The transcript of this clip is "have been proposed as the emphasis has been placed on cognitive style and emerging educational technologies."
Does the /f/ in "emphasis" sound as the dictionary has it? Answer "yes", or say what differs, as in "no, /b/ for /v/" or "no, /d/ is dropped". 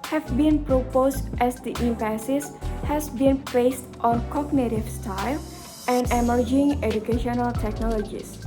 no, /p/ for /f/